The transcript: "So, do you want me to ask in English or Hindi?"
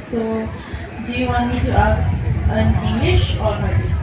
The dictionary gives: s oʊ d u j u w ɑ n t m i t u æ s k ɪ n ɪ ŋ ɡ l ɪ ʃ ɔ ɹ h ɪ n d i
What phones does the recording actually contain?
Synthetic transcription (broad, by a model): s oʊ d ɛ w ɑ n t m i t u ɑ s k ɪ n ɪ ŋ ɡ l ɪ ʃ ɔ ɹ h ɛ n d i